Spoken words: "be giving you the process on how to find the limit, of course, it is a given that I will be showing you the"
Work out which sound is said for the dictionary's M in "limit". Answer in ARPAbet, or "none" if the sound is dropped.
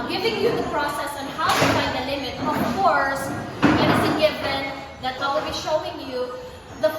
M